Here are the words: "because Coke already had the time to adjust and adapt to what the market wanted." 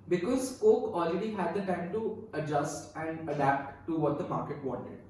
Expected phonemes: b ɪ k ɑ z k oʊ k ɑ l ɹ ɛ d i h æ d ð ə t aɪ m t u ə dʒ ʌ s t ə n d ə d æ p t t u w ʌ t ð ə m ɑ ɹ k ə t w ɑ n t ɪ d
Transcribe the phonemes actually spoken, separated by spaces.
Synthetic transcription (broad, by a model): b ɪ k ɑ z k oʊ k ɑ l ɹ ɛ d i h æ d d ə t aɪ m t u ə dʒ ʌ s t ə n d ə d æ p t t u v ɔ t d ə m ɑ ɹ k ə t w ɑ n t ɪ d